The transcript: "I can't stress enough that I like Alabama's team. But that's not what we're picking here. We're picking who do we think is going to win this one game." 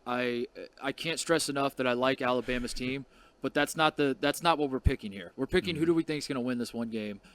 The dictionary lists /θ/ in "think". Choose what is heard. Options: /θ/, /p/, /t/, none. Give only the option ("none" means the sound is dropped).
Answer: /θ/